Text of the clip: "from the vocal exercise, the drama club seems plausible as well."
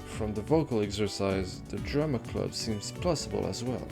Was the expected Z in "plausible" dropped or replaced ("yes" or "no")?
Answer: yes